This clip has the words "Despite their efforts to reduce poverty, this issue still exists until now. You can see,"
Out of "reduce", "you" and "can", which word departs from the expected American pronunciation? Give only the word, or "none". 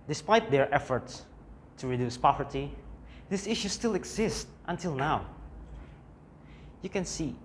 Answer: none